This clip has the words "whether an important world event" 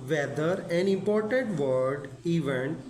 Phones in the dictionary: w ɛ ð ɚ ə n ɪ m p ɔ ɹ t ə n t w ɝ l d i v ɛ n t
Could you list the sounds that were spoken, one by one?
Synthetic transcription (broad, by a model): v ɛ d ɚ ə n ɪ m p ɔ ɹ t ə n t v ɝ d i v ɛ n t